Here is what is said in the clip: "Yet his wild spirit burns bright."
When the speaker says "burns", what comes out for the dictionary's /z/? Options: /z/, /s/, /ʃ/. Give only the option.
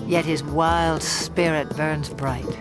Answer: /z/